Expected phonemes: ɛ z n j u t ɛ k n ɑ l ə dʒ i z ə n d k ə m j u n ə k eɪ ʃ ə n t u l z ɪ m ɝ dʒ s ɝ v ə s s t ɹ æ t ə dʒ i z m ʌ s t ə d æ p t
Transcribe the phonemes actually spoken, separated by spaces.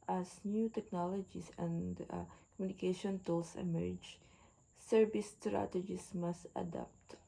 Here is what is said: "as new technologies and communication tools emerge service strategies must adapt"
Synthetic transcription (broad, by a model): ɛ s n j u t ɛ k n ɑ l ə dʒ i s ə n d k ə m j u n ə k eɪ ʃ ə n t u l s ɪ m ɝ dʒ s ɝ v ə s s t ɹ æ t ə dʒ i s m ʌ s t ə d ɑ p t